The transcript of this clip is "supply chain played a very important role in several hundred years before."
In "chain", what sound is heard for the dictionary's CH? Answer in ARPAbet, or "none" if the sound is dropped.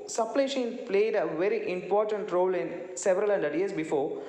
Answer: SH